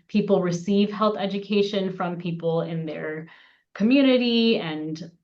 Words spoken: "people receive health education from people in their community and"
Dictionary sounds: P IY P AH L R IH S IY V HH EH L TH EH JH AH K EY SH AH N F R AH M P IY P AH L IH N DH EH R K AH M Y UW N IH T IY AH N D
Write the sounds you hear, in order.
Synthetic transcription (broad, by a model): P IY P L R IH S IY V HH EH L TH EH JH AH K EY SH AH N F R AH M P IY P L IH N DH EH R K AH M Y UW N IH T IY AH N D